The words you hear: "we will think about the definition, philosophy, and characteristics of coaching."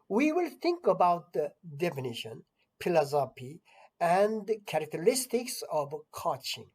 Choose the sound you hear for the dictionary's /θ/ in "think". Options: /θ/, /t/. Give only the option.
/t/